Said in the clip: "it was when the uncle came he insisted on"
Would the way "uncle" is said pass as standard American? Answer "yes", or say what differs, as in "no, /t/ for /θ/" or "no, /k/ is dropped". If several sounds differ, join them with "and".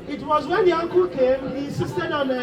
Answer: yes